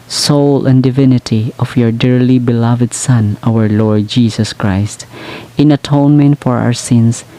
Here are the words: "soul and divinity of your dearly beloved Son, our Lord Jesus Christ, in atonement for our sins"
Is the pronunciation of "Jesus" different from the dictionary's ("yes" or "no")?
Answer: yes